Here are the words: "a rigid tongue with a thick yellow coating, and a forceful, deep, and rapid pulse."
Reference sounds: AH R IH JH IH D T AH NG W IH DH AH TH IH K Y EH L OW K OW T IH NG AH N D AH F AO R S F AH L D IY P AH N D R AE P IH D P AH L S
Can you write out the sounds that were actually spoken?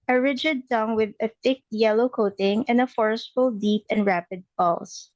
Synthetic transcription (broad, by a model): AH R IH JH IH D T AH NG W IH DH AH TH IH K Y EH L OW K OW T IH NG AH N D AH F AO R S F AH L D IY P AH N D R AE P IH D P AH L S